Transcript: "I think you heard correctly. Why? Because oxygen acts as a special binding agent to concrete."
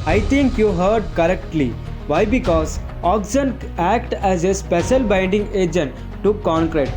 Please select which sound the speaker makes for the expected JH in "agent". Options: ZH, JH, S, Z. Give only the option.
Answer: JH